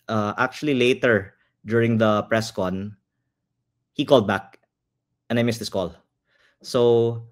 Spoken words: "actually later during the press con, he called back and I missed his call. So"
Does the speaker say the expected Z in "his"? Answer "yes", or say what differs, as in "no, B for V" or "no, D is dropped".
no, S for Z